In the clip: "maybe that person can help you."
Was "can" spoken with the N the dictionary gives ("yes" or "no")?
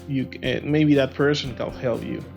no